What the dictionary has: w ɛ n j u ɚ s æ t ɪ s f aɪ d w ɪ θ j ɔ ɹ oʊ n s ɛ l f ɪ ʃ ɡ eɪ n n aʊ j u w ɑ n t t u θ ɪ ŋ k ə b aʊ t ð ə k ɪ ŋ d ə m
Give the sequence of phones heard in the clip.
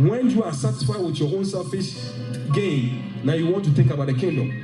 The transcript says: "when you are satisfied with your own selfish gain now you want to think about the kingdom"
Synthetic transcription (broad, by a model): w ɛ n j u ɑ s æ t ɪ s f aɪ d w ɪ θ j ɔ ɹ oʊ n s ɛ f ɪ s ɡ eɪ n n aʊ j u w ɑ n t t u θ ɪ ŋ k ə b aʊ t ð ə k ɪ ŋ d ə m